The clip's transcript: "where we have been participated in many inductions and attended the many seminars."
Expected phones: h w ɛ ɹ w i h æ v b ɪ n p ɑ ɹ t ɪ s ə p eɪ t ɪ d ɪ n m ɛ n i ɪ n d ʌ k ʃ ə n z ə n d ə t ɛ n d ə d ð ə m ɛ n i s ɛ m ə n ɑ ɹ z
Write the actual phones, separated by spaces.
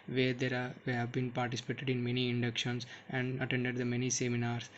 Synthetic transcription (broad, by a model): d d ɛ ɹ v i h æ v b ɪ n p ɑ ɹ t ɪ s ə p eɪ t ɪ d ɪ n m ɛ n i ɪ n d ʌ k ʃ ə n s ə n d ə t ɛ n d ə d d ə m ɛ n i s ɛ m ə n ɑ ɹ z